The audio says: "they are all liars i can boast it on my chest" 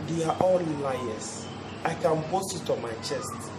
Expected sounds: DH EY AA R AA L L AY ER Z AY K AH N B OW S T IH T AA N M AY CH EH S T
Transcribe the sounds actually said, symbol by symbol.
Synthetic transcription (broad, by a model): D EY AA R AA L L AY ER S AY K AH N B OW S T IH T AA M AY CH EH S T